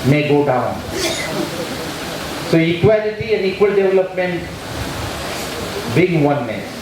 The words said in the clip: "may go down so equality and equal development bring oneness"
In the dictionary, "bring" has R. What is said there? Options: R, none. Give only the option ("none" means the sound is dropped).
none